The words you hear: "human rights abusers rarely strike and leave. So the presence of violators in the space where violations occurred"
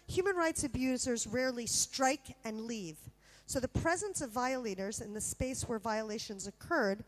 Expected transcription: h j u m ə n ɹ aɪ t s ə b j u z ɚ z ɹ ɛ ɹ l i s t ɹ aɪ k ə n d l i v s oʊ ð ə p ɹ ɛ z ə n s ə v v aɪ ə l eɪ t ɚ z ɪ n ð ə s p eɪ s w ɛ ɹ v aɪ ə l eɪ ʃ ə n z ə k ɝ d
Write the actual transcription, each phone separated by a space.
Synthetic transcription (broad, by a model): h j u m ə n ɹ aɪ t s ə b j u z ɚ z ɹ ɛ ɹ l i s t ɹ aɪ k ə n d l i v s oʊ ð ə p ɹ ɛ z ə n s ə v v aɪ ə l eɪ t ɚ z ɪ n ð ə s p eɪ s w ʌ ɹ v aɪ ə l eɪ ʃ ə n z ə k ɝ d